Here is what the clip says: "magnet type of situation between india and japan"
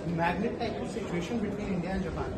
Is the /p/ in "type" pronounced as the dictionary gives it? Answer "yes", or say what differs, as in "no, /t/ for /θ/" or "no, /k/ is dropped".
no, /p/ is dropped